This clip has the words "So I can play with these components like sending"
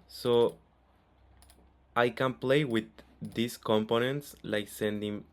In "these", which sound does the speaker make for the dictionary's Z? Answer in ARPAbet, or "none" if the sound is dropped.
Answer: S